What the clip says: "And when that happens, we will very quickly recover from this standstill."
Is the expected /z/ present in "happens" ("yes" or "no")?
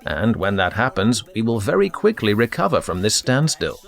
yes